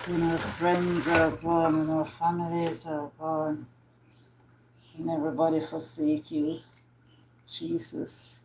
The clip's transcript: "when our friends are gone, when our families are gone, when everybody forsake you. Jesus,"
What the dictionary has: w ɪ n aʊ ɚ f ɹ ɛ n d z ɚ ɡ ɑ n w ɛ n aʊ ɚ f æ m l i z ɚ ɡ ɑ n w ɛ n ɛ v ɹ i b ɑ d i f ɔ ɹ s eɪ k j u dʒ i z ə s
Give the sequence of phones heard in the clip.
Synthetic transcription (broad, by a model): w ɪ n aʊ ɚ f ɹ ɛ n d z ɚ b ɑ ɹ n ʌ n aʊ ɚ f æ m l i z ɚ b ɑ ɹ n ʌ n ɛ v ɹ i b ɑ d i f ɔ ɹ s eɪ k j u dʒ i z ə s